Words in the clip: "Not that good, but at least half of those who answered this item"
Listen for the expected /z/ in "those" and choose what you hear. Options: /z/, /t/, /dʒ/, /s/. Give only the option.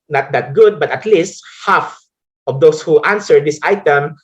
/s/